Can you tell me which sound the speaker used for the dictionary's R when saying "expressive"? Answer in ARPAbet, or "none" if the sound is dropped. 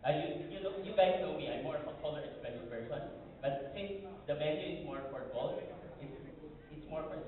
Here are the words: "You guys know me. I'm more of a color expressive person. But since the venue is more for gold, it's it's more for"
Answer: none